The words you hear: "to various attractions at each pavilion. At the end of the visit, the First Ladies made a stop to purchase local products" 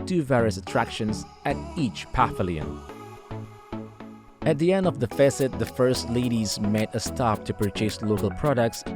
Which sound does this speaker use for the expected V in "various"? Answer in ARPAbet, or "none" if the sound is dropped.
V